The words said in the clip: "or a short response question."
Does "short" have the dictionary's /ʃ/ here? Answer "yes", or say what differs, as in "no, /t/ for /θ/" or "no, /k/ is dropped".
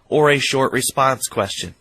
yes